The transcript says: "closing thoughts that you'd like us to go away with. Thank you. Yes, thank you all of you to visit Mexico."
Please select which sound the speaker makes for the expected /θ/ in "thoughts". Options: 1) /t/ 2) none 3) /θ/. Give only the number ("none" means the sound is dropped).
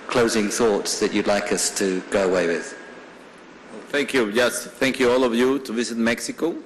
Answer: 3